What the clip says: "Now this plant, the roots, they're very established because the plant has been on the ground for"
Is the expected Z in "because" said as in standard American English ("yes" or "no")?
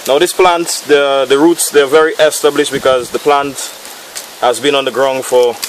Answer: yes